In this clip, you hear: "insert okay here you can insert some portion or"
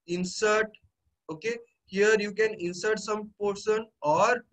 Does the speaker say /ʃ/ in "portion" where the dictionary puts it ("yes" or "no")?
no